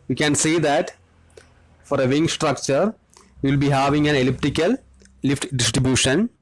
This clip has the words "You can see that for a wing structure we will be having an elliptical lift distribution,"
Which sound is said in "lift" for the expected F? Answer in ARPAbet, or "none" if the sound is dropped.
F